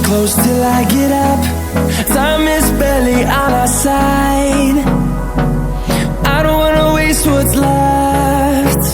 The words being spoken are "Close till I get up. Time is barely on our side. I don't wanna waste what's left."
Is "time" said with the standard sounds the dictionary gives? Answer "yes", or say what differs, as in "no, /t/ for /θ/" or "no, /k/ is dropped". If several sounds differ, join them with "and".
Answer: no, /s/ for /t/